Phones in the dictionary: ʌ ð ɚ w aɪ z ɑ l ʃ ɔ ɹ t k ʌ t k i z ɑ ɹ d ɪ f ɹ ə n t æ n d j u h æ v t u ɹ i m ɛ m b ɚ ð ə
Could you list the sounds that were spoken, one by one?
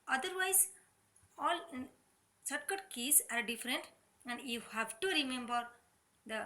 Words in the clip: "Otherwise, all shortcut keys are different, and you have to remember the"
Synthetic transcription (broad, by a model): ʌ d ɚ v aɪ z ɑ l s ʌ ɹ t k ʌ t k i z ɑ ɹ d ɪ f ɹ ə n t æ n d j u h æ v t u ɹ i m ɛ m b ɚ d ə